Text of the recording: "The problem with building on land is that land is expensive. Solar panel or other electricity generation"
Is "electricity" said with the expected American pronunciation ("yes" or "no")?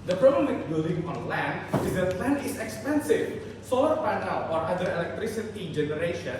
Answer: yes